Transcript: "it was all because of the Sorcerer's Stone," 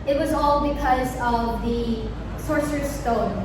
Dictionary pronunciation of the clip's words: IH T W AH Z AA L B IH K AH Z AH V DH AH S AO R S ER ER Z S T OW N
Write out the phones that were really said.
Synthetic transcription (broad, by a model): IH T W AH Z AA L B IH K AH Z AH V DH AH S AO R S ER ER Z S T OW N